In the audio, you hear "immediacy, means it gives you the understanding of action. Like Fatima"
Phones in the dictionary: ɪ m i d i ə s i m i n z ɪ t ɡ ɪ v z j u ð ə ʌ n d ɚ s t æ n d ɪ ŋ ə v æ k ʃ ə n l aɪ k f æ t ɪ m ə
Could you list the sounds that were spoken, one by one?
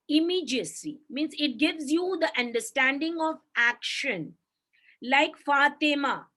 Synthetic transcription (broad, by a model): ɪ m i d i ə s i m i n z ɪ t ɡ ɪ v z j u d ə ʌ n d ɚ s t æ n d ɪ ŋ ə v æ k ʃ ə n l aɪ k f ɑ t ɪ m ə